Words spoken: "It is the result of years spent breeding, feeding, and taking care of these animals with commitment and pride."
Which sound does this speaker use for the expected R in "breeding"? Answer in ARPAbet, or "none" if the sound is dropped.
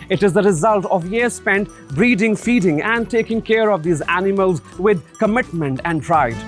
R